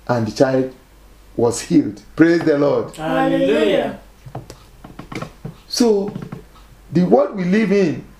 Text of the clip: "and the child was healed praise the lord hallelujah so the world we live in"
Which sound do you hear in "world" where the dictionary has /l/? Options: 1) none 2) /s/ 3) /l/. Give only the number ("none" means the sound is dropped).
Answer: 1